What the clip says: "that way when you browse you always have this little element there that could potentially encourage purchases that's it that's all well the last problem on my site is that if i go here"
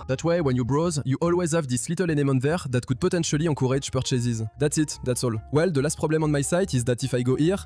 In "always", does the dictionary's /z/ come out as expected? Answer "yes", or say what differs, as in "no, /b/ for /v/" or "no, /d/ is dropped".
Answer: yes